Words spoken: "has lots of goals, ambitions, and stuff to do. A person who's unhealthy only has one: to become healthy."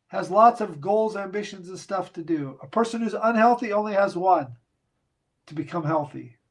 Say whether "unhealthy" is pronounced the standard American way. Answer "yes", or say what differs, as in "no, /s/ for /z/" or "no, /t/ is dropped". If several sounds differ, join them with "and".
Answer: yes